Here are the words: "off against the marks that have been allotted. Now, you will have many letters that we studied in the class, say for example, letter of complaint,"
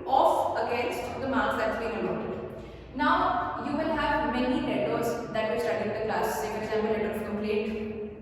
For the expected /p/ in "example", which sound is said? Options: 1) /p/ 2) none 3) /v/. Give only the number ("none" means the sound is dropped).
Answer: 2